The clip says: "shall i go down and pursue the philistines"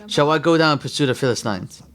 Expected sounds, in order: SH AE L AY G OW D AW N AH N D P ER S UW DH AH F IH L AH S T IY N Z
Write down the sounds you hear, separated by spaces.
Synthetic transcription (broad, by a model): SH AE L AY G OW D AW AH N P ER S UW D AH F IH L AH S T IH N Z